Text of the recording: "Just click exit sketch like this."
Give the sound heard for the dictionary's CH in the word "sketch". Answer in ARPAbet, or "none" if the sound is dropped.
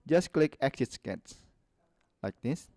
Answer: S